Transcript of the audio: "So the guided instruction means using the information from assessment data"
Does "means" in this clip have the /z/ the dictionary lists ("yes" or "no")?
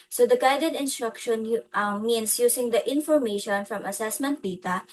no